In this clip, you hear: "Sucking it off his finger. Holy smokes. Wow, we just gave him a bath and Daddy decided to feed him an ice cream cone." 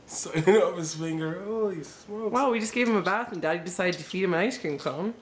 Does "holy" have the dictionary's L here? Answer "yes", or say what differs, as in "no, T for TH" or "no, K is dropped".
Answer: no, L is dropped